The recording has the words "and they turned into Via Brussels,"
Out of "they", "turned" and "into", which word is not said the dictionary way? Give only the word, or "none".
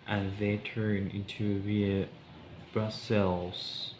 turned